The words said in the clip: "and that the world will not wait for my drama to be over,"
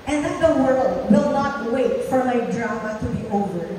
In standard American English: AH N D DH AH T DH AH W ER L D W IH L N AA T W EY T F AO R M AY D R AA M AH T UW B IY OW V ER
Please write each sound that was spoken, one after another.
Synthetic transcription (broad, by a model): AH N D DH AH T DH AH W ER L D W IH L N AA T W EY T F AO R M AY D R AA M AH T UW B IY OW V ER